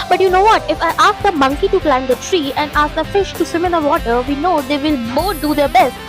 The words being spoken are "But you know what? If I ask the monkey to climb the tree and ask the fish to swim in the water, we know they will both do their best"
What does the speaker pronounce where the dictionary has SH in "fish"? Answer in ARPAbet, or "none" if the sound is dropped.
SH